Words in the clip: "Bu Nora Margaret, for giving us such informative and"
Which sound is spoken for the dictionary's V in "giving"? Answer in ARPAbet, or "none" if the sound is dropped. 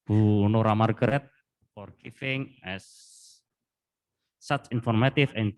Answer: F